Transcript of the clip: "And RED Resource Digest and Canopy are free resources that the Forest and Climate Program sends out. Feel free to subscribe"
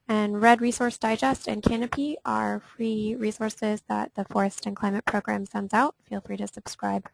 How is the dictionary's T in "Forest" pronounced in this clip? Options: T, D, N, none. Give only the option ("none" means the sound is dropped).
T